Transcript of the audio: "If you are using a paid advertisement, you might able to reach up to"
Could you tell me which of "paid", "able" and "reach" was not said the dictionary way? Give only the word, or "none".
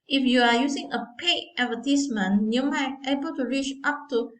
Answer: paid